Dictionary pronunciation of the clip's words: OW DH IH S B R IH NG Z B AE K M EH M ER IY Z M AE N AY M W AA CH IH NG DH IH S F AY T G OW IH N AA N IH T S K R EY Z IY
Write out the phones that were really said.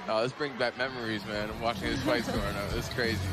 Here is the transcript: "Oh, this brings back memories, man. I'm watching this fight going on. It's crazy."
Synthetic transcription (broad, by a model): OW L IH S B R IH NG B AE K M EH M ER IY Z M AE N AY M W AA CH IH NG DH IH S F AY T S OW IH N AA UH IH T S K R EY Z IY